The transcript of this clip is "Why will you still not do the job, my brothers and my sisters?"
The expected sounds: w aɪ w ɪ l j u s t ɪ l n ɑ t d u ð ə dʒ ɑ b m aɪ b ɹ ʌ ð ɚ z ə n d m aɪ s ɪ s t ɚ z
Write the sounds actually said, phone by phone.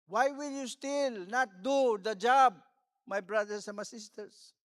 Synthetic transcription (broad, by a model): w aɪ w ɪ l j u s t ɪ l n ɑ t d u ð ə dʒ ɑ b m aɪ b ɹ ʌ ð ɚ s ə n m aɪ s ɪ s t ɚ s